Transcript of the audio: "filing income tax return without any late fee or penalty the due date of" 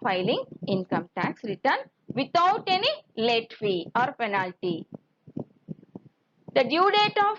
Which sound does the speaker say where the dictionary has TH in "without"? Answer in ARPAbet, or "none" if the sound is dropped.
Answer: T